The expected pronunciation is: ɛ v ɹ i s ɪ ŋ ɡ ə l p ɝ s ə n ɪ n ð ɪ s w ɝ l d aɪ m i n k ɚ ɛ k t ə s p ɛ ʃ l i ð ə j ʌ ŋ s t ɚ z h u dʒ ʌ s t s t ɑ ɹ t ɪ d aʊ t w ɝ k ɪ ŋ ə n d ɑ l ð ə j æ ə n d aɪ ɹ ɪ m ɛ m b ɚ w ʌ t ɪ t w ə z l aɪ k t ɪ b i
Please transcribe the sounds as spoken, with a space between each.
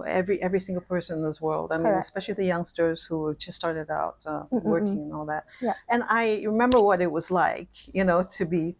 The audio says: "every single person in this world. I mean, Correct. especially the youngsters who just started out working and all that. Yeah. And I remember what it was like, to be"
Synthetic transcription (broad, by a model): ɛ v ɹ i s ɪ ŋ ɡ l p ɝ s ə n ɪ n ð ɪ s w ɝ l d aɪ m i n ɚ ə s p ɛ ʃ l i ð ə j ʌ ŋ s t ɚ z h u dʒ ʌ s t s t ɑ ɹ t ɪ d aʊ t w ɝ k ɪ ŋ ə n ɑ l ð ə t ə n aɪ ɹ ɪ m ɛ m b ɚ w ʌ t ɪ t w ə z l aɪ k t ɪ b i